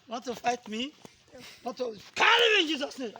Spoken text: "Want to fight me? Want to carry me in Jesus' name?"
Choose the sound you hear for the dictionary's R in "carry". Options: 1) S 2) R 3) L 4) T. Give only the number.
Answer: 3